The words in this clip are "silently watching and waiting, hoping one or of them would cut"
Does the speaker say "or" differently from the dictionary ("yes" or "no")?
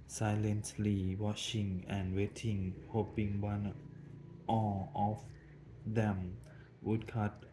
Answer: yes